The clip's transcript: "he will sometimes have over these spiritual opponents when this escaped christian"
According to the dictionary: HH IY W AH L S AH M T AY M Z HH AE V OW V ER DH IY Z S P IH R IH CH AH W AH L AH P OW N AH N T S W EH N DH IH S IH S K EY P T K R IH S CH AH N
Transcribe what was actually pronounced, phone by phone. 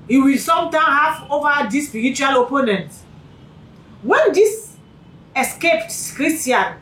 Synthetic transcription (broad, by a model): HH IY W AH L S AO M T AY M HH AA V OW V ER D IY S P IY R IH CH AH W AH L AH P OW N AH N T W EH N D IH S IH S K EY P T K R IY S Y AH N